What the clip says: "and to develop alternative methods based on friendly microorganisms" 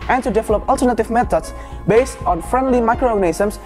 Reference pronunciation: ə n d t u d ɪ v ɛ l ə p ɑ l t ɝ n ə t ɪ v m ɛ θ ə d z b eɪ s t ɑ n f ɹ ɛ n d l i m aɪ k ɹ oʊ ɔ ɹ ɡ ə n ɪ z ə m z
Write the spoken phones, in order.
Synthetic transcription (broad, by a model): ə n t u d ɪ v ɛ l ə p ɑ l t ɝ n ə t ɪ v m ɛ t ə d s b eɪ s t ɑ n f ɹ ɛ n d l i m aɪ k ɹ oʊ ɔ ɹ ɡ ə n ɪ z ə m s